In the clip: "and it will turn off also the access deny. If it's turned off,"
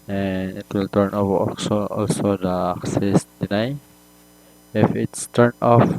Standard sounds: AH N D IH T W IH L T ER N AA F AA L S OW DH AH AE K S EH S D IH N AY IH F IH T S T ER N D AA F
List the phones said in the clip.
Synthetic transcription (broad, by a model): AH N IH T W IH L T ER N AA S AA L S OW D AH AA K S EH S D IH N AY IH F IH T S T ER N AA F